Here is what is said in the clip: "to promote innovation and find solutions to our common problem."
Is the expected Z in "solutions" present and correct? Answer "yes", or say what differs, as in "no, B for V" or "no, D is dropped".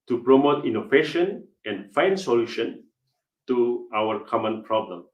no, Z is dropped